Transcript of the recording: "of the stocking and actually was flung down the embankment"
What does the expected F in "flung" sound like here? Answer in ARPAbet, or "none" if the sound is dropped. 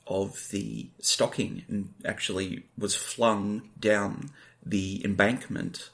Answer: F